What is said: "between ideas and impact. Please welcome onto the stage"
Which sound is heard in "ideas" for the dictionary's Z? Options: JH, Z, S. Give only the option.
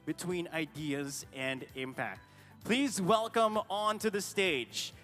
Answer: Z